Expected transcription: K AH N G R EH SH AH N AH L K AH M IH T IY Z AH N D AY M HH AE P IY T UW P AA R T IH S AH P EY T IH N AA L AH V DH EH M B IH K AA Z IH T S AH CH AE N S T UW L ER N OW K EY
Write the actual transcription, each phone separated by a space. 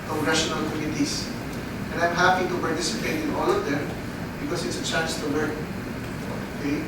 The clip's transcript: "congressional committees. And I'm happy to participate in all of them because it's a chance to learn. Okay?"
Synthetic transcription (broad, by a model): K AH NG G R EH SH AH N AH L K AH M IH T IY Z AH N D AY M HH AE P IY T UW P AA R T IH S AH P EY T IH N AA L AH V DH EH M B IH K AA S IH T S AH CH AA N S T UW W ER IY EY